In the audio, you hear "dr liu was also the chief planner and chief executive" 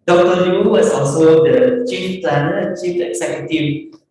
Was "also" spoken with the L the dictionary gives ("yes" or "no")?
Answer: no